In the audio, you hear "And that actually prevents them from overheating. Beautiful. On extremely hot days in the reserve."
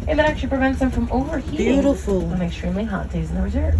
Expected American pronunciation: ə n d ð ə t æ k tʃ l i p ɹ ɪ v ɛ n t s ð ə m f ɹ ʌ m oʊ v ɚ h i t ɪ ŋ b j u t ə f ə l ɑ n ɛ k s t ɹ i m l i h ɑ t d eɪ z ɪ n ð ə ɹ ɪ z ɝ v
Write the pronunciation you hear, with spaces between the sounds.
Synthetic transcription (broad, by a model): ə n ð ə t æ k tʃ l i p ɹ ɪ v ɛ n t s ð ə m f ɹ ʌ m oʊ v ɚ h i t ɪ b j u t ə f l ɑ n ɛ k s t ɹ i m l i h ɑ t d eɪ z ɪ n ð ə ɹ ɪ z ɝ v